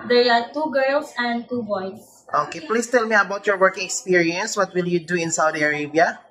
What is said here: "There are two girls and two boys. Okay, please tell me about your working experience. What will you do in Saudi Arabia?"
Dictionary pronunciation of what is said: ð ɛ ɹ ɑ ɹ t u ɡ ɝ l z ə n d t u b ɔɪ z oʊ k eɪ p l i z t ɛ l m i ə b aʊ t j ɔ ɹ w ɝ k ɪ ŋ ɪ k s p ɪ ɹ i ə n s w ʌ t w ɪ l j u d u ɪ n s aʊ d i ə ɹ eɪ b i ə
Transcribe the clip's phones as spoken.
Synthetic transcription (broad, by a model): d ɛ ɹ ɑ ɹ t u ɡ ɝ l s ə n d t u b ɔɪ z oʊ k eɪ p l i s t ɛ l m i ə b aʊ t j ɔ ɹ w ɝ k ɪ ŋ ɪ k s p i ɹ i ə n s w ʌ t w ɪ l j u d u ɪ n s aʊ d i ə ɹ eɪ b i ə